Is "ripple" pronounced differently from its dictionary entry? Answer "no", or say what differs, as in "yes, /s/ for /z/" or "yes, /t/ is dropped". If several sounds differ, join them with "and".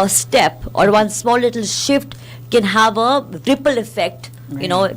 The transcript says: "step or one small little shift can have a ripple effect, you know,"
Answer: no